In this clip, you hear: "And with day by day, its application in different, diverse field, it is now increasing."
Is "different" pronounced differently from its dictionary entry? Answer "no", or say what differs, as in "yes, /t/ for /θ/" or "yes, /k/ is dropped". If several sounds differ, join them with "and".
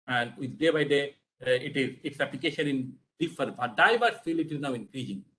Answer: yes, /ɹ/ is dropped